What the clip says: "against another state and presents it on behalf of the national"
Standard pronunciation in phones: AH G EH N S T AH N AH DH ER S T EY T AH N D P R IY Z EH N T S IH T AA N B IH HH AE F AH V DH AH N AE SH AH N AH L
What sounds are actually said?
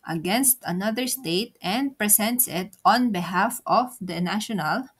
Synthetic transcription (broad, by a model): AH G EH N S T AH N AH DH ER S T EY T AH N D P R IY S EH N T S IH T AA N B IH HH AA F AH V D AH N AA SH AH N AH L